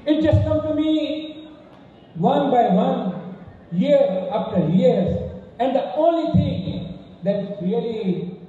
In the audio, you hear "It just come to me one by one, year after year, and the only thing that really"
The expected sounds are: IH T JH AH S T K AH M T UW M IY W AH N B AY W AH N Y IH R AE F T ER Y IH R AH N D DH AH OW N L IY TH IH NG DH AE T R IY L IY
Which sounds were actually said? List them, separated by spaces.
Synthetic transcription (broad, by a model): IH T JH AH S T K AH M T UW M IY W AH N B AY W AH N Y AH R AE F T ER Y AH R AH N D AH OW N L IY T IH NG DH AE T R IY L IY